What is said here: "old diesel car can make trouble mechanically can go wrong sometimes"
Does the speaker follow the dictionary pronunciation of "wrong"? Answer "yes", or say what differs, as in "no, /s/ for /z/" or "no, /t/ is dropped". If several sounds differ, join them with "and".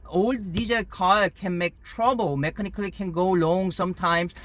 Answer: no, /l/ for /ɹ/